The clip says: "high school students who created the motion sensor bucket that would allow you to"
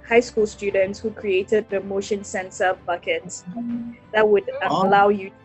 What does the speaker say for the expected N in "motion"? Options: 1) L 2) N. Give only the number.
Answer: 2